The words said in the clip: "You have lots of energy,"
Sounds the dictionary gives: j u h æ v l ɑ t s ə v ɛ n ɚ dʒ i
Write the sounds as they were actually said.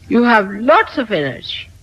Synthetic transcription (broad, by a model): j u h æ v l ɑ t s ə v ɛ n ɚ dʒ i